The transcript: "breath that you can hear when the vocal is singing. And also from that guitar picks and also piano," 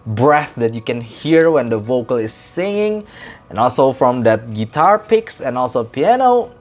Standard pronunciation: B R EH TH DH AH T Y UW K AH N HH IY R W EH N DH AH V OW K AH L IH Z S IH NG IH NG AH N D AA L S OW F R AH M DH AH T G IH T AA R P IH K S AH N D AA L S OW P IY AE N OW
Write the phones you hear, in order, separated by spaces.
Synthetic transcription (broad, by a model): B R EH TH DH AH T Y UW K AH N HH IY R W EH N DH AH V OW K AH L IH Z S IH NG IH NG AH N AA L S OW F R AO M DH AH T G IH T AA R P IH K S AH N AA L S OW P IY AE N OW